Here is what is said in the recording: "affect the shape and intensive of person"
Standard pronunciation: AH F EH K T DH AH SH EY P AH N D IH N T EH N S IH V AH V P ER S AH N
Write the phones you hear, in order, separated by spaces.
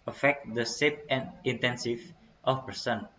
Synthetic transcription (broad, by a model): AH F EH K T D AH S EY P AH N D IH N T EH N S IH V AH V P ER S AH N